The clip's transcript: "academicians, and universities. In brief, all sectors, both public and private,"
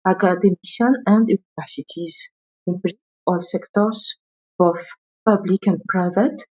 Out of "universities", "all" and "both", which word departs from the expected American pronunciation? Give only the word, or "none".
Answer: both